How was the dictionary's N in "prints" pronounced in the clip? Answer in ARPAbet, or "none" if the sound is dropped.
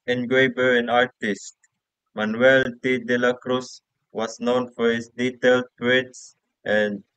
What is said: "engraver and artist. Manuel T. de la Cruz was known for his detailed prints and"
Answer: none